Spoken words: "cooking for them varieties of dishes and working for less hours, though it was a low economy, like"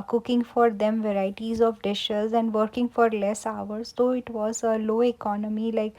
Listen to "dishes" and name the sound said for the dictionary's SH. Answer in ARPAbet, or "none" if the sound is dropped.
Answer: SH